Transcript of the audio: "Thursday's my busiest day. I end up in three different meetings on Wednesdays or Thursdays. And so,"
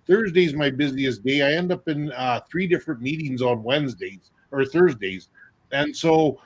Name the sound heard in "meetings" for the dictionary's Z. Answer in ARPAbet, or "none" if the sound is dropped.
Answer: Z